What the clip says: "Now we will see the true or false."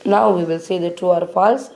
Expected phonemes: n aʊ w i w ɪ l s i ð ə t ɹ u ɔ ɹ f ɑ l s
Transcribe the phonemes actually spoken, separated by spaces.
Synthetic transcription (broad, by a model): n aʊ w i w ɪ l s i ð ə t u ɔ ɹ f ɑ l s